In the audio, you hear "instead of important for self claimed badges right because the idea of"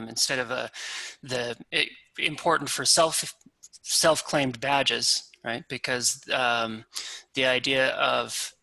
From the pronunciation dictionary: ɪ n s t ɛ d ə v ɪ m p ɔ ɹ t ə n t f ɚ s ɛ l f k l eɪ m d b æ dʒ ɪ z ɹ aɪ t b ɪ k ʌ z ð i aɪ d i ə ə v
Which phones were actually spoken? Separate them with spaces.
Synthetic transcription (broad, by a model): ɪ n s t ɛ d ə v ɪ m p ɔ ɹ t n t f ɚ s ɛ l f k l eɪ m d b æ dʒ ɪ z ɹ aɪ t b ɪ k ʌ z ð i aɪ d i ə ə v